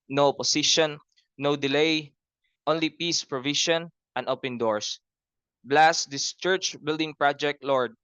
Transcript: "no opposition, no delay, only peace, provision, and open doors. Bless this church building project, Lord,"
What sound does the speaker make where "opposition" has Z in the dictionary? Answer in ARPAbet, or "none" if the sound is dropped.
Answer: S